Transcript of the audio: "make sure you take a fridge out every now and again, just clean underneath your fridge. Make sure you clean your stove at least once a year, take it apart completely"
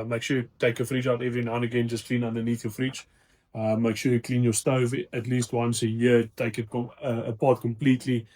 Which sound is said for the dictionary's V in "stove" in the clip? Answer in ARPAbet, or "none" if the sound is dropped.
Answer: V